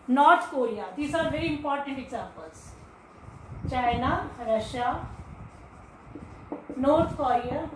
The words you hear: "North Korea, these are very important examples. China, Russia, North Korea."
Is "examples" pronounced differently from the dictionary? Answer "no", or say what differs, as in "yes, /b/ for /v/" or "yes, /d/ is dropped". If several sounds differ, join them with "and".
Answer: yes, /m/ is dropped